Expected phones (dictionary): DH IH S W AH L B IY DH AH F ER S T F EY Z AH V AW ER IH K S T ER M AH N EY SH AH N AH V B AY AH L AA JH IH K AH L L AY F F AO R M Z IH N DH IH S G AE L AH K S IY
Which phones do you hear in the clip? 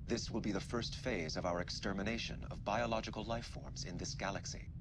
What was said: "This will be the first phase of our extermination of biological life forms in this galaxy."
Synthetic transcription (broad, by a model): DH IH S W AH L B IY DH AH F ER S T F EY Z AH V AW ER IH K S T ER M AH N EY SH AH N AH V B AY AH L AA JH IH K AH L L AY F F AO R M Z IH N DH IH S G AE L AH K S IY